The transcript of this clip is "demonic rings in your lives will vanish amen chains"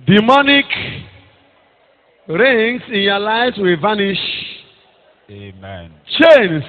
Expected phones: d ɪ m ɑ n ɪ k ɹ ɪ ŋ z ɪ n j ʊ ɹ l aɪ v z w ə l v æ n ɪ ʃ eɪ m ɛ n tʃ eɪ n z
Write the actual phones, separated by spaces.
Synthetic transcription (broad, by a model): d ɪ m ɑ n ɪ k ɹ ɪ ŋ s ɪ n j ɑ l aɪ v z w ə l v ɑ n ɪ ʃ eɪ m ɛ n tʃ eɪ n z